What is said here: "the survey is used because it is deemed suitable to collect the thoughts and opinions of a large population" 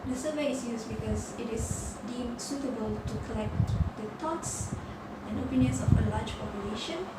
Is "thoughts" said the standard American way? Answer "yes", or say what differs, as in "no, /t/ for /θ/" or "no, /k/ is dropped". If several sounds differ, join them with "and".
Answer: no, /t/ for /θ/